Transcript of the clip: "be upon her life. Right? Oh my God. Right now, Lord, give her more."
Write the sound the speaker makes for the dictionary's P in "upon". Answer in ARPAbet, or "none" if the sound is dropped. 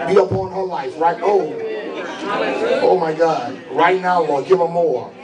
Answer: B